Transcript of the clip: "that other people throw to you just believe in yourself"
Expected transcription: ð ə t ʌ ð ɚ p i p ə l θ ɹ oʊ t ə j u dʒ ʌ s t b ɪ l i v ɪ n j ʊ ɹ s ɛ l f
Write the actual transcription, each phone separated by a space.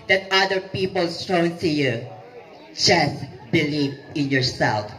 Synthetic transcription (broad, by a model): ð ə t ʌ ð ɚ p i p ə l t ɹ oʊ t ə j u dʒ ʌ s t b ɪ l i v ɪ n j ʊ ɹ s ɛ l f